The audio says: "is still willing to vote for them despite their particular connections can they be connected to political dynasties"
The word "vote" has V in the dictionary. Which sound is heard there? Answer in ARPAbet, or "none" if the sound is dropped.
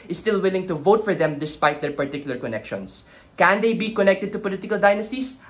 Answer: V